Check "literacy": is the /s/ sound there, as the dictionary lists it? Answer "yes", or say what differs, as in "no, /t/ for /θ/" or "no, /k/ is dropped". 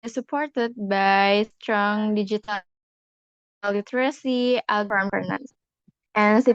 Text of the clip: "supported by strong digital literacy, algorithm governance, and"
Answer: yes